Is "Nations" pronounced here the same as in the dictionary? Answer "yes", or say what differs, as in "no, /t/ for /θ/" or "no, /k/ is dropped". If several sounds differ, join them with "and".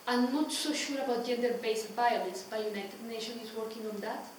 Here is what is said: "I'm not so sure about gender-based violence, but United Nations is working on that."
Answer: no, /z/ is dropped